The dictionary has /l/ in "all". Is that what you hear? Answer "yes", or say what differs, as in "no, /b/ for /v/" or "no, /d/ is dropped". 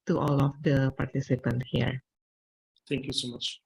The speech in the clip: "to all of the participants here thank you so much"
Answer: yes